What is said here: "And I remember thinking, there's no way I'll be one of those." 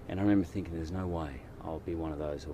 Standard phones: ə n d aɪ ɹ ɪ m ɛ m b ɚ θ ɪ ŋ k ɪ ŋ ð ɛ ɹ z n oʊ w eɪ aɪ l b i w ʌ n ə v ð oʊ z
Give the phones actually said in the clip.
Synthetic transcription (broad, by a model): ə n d aɪ ɹ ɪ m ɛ m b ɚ θ ɪ ŋ k ɪ ŋ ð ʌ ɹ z n oʊ w eɪ aɪ l b i w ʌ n ə v ð oʊ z